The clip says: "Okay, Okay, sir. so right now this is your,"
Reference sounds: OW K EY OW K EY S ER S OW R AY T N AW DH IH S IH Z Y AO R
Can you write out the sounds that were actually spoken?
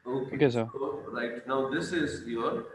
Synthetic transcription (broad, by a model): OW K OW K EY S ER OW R AY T N AW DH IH S IH Z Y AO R